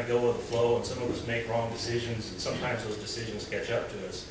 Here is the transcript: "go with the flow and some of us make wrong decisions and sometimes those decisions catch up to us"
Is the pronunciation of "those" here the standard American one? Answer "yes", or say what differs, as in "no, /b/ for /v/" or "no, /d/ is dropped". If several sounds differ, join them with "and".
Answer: yes